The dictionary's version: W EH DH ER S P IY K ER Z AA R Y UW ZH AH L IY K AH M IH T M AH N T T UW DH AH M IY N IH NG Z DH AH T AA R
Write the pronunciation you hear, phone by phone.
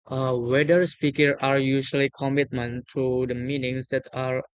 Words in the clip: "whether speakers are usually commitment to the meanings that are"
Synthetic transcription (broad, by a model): W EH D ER S P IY K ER AA R Y UW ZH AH L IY K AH M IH T M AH N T T UW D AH M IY N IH NG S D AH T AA R